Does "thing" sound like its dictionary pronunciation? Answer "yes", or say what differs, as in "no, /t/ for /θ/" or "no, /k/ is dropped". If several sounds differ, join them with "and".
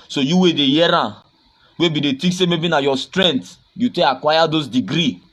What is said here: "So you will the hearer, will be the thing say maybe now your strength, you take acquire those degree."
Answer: no, /t/ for /θ/